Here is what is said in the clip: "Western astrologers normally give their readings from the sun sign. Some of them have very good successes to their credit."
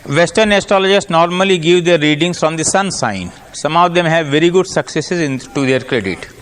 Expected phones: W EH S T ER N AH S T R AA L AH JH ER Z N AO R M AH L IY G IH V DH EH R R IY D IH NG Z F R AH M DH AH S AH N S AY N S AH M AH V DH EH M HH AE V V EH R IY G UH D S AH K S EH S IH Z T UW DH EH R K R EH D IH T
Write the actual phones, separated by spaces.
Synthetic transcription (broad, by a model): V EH S T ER N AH S T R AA L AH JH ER S N AO R M AH L IY G IH V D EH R R IY D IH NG S F R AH M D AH S AH N S AY N S AH M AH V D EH M HH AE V V EH R IY G UH D S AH K S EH S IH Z T UW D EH R K R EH D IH T